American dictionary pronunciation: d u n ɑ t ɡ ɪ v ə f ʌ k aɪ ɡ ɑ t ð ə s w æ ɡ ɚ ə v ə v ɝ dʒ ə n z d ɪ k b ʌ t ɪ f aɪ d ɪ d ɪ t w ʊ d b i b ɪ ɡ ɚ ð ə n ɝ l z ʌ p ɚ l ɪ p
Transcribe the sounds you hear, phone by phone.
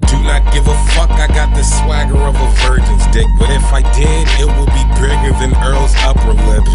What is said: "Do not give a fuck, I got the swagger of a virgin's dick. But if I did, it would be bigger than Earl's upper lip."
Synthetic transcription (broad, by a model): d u n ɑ t ɡ ɪ v ə f ʌ k aɪ ɡ ɑ t ð ə s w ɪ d ɚ ə v ə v ɝ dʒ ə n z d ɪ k b ʌ t ɪ f aɪ d ɪ d ɪ t w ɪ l b i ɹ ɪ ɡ ɚ ð ə n ɝ l z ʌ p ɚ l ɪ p